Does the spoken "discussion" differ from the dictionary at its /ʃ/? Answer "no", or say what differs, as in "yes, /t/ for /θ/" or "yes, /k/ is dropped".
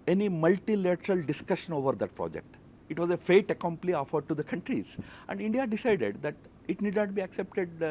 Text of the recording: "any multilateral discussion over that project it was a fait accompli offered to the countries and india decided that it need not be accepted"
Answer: no